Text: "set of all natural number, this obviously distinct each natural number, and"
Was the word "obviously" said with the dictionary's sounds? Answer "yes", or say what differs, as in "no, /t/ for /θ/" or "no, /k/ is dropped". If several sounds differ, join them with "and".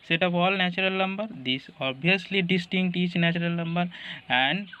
no, /v/ is dropped